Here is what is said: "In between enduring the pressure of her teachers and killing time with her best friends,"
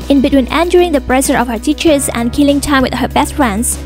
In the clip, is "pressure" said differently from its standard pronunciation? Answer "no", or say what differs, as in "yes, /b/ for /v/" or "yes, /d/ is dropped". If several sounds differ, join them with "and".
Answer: yes, /s/ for /ʃ/